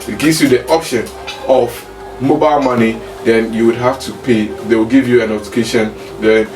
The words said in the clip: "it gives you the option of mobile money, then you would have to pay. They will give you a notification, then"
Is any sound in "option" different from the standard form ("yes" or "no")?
no